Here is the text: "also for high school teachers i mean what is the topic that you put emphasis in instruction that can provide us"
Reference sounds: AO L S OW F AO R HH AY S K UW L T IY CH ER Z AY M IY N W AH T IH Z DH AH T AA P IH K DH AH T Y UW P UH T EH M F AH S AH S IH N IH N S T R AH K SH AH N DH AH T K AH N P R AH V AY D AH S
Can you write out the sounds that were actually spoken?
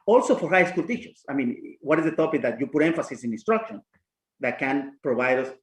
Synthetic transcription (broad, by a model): AO L S OW F AO R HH AY S K UW L T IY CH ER S AY M IY N W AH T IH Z DH AH T AA P IH K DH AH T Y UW P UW T EH M F AH S AH S IH N IH N S T R AH K SH AH N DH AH T K AH N P R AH B AY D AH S